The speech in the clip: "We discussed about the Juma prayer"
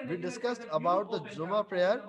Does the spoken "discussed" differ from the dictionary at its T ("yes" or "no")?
no